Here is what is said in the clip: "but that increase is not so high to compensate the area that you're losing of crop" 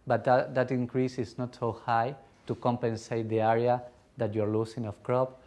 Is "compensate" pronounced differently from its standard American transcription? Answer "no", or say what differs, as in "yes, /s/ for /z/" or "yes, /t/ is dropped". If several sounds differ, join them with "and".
no